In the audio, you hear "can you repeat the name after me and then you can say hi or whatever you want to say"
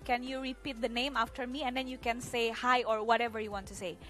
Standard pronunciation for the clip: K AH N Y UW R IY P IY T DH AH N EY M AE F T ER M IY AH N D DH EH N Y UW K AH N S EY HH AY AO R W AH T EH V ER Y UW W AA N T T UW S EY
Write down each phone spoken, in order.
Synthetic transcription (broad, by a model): K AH N Y UW R IY P IY T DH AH N EY M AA F T ER M IY AH N D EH N Y UW K AH N S EY HH AY AO R W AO T EH V ER Y UW W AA N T T UW S EY